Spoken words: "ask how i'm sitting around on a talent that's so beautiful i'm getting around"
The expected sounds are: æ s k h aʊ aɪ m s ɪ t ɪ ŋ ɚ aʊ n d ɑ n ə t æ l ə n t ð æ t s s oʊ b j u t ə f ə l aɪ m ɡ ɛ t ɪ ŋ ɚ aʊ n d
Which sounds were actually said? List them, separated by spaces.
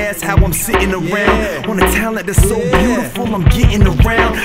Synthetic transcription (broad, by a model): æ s h aʊ aɪ m s ɪ t ɪ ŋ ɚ aʊ n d ɑ n ə t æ l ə t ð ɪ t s s oʊ b j u t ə f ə l aɪ m ɡ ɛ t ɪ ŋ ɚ aʊ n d